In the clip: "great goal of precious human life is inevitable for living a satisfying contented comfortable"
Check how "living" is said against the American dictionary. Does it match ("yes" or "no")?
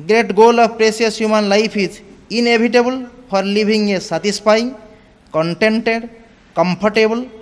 no